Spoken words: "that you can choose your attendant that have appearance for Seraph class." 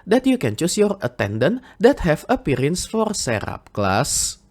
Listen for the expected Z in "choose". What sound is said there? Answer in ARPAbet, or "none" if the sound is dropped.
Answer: S